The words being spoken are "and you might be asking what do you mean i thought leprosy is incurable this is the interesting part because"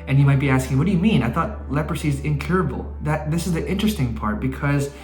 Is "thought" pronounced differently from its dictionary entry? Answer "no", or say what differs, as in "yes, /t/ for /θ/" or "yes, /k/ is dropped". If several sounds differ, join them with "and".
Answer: no